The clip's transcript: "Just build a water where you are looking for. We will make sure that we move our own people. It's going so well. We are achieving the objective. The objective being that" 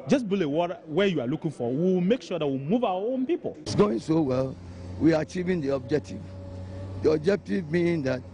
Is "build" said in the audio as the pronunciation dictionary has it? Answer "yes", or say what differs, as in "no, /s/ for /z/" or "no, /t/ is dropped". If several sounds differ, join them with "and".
no, /d/ is dropped